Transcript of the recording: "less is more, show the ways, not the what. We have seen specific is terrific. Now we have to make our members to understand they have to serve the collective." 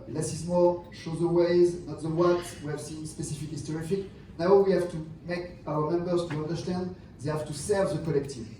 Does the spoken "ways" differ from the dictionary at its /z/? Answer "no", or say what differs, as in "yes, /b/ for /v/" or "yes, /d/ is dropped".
no